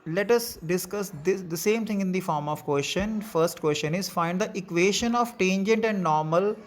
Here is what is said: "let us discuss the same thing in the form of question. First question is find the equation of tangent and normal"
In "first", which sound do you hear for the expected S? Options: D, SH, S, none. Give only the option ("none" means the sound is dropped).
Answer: S